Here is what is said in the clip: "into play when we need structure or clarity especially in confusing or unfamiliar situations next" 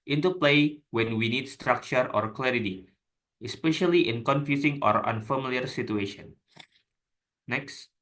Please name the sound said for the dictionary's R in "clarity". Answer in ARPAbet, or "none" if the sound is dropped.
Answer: R